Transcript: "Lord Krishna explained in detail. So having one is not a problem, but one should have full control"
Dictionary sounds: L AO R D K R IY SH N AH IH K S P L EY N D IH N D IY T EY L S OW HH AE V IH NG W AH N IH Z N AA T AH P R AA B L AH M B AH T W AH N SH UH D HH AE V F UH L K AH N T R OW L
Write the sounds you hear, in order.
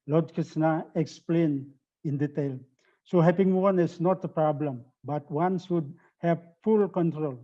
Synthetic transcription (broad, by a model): L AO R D K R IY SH N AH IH K S P L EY N IH N D IY T EY L S OW HH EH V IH NG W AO N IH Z N AA T AH P R AA B L AH M B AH T W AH N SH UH D HH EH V F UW L K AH N T R OW L